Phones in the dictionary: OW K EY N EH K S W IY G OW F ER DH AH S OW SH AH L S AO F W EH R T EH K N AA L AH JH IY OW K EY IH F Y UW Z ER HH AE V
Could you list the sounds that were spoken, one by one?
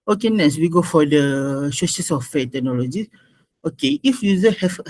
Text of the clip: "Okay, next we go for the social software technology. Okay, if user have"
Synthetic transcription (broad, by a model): OW K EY N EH S W IY G OW F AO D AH SH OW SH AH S AO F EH T EH K N AA L AH JH IY OW K EY IH F Y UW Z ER HH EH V